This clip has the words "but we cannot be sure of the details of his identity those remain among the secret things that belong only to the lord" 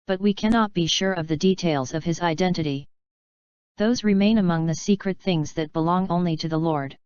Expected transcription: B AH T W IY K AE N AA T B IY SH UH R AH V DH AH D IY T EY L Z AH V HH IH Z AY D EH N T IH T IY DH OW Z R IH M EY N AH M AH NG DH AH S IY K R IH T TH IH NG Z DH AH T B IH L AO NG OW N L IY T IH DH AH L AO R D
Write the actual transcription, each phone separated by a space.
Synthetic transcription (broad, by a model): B AH T W IY K AE N AA T B IY SH UH R AH V DH AH D IY T EY L Z AH V IH Z AY D EH N T IH T IY DH OW Z R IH M EY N AH M AH NG DH AH S IY K R IH T TH IH NG Z DH AH T B IH L AO NG OW N L IY T IH DH AH L AO R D